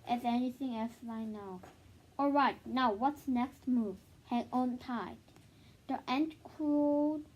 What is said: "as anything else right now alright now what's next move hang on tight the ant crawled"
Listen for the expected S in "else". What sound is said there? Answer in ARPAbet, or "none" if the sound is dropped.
S